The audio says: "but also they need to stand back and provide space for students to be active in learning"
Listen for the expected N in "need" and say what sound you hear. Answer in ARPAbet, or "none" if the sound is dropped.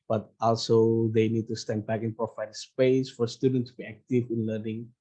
N